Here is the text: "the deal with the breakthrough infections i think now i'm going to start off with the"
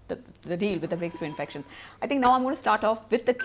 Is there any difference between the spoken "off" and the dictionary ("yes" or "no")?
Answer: no